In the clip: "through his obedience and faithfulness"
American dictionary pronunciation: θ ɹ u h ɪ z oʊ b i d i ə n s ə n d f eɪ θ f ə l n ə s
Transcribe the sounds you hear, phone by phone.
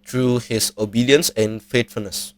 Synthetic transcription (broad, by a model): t ɹ u h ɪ s oʊ b i d i ə n s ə n f eɪ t f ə l n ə s